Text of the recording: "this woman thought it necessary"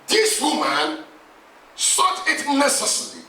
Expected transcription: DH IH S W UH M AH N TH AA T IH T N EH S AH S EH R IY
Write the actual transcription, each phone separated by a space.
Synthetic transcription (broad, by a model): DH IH S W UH M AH N S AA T IH T N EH S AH S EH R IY